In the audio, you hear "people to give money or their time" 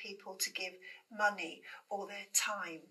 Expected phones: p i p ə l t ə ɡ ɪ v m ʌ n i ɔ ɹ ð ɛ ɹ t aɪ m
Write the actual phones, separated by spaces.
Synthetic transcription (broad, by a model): i p ə l t ə ɡ ɪ v m ʌ n i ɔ l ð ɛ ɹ t aɪ m